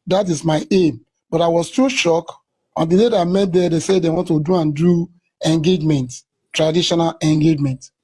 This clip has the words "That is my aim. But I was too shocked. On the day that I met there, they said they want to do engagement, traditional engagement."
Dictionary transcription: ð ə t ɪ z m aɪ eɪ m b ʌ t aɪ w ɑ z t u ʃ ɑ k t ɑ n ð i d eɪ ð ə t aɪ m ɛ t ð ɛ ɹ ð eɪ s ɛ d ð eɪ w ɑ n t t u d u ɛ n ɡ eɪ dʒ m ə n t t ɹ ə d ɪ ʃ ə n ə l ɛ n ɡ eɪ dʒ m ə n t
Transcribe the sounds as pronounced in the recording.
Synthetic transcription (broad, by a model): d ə t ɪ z m aɪ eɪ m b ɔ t aɪ w ɑ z t u ʃ ɑ k ɑ n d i d eɪ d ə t m ɛ t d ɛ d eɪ s ɛ d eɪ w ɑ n t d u d u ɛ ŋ ɡ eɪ dʒ m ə n t t ɹ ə d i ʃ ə n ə l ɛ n ɡ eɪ dʒ m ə n t